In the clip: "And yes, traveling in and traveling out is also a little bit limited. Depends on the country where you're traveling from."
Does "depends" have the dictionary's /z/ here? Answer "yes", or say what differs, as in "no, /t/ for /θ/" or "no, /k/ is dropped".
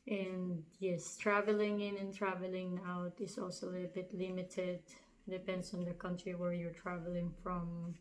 no, /s/ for /z/